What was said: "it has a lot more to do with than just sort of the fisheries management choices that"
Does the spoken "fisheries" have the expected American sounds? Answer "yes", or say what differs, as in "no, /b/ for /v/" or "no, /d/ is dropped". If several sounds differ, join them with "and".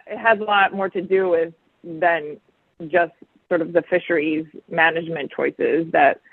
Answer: yes